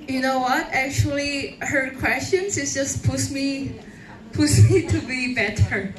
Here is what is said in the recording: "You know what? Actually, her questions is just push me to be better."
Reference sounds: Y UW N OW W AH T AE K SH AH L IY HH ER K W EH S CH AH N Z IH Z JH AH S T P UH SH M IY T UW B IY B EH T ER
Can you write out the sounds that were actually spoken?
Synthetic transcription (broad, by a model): Y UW N OW W AH T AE K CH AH L IY HH ER K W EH S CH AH N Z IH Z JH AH S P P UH S M IY T UW B IY B EH T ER